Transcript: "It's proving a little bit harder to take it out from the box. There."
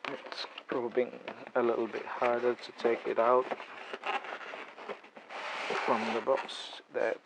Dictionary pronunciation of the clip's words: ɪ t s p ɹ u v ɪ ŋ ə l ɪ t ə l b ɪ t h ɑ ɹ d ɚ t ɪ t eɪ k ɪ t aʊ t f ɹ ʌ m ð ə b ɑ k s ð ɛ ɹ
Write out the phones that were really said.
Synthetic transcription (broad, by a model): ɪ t s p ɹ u b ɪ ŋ ə l ɪ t l b ɪ t h ɑ ɹ d ɚ t ɪ t eɪ k ɪ t aʊ t f ɹ ʌ m ð ə b ɑ k s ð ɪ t